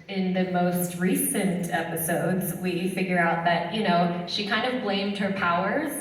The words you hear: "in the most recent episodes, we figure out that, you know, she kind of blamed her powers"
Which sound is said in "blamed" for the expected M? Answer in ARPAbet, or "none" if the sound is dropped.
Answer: M